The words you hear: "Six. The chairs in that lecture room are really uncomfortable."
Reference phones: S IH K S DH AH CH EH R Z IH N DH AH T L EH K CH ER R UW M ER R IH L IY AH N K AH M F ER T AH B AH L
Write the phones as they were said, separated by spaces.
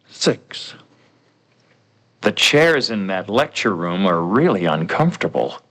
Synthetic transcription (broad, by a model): S IH K S DH AH CH EH R Z IH N DH AH T L EH K CH ER R UW M ER R IH L IY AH N K AH M F T AH B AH L